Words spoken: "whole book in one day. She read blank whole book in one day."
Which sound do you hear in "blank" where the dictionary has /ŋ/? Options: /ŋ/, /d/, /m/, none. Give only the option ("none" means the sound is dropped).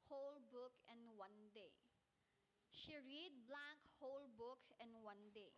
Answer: none